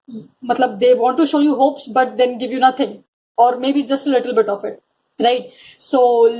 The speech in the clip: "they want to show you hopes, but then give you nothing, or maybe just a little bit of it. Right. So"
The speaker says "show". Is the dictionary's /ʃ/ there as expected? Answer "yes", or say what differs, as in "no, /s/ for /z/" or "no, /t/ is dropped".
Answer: yes